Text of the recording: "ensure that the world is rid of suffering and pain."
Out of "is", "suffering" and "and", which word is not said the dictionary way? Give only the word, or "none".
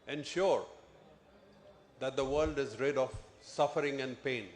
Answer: none